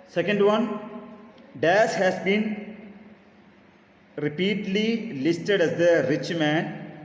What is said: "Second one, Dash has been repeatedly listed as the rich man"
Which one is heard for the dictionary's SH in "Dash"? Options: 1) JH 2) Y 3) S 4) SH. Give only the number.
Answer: 3